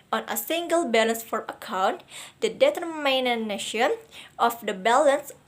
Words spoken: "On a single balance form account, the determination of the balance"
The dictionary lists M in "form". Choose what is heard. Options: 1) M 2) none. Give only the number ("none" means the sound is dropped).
2